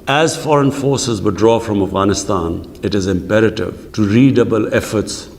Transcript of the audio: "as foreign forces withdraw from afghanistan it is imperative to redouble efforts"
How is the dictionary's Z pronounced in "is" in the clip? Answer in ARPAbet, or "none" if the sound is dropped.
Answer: Z